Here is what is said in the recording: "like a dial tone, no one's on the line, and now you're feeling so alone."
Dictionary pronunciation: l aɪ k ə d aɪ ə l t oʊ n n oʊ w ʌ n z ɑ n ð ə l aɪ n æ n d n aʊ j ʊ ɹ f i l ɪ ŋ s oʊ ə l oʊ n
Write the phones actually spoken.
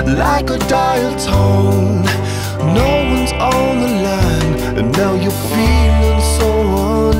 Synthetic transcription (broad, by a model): l aɪ k ə d aɪ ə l t oʊ n n oʊ w ʌ n z ɑ n ð ə l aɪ æ n d n aʊ j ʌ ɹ f i l ɪ ŋ s oʊ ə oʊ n